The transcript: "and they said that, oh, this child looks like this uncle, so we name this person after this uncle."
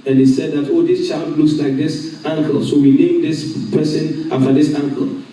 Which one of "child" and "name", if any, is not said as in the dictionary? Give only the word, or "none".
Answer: none